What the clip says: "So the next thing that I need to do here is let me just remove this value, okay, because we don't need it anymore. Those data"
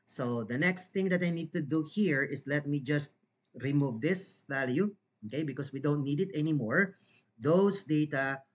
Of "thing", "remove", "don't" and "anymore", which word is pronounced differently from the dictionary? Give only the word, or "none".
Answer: thing